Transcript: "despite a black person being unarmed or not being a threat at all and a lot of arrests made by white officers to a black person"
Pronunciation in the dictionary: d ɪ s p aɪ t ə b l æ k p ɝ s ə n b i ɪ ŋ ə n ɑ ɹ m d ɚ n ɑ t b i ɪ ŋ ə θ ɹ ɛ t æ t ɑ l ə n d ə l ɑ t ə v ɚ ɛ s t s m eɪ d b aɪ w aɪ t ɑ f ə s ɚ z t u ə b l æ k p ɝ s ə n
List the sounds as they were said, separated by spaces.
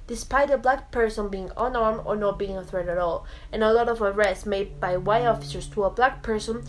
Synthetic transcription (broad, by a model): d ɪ s p aɪ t ə b l æ k p ɝ s ə n b i ɪ ŋ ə n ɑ ɹ m ɚ n ɑ t b i ɪ ŋ ə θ ɹ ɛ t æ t ɑ l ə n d ə l ɑ t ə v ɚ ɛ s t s m eɪ d b aɪ w aɪ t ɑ f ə s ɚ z t u ə b l æ k p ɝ s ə n